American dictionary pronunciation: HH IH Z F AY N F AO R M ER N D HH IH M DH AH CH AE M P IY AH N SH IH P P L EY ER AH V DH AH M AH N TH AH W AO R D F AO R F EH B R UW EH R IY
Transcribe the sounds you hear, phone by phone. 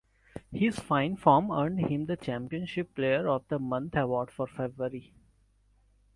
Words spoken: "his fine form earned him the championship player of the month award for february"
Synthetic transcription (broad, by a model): HH IH Z F AY N F AO R M ER N D HH IH M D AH CH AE M P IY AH N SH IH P P L EY ER AH V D AH M AH N T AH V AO R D F AO R F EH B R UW R IY